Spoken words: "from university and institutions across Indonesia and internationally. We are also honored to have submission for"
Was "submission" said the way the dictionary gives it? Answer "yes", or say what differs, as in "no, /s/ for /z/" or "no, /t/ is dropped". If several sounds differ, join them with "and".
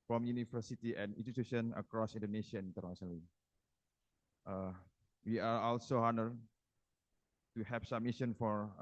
no, /b/ is dropped